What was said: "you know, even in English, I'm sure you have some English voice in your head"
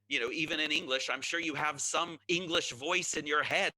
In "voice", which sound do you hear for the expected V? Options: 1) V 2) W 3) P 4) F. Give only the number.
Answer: 1